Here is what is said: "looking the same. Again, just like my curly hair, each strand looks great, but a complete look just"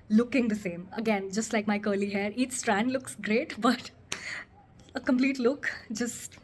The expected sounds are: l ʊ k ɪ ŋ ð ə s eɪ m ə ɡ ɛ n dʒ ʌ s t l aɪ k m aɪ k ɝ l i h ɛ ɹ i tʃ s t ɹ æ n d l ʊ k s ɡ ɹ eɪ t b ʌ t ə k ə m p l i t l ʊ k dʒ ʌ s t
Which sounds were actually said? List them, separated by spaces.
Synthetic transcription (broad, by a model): l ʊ k ɪ ŋ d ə s eɪ m ə ɡ ɛ n dʒ ʌ s t l aɪ k m aɪ k ɝ l i h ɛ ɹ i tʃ s t ɹ æ n d l ʊ k s ɡ ɹ eɪ t b ʌ t ə k ə m p l i t l ʊ k dʒ ʌ s t